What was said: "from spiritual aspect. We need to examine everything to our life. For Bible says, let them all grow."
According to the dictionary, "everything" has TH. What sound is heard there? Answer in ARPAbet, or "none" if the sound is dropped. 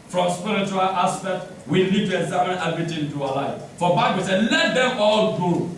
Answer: T